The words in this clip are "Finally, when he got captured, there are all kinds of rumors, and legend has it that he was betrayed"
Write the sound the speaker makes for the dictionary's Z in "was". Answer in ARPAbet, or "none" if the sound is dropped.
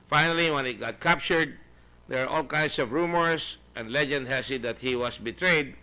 S